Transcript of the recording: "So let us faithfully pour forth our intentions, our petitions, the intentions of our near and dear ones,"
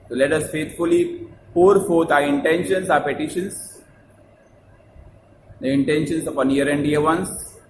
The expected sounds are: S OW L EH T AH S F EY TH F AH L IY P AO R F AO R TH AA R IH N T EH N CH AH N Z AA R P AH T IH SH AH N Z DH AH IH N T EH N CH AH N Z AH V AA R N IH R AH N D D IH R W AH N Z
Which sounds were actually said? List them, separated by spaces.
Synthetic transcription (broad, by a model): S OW L EH T AH S F EY T F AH L IY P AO R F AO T AA R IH N T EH N SH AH N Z AA R P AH T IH SH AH N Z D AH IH N T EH N SH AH N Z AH P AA N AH R AH N D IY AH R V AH N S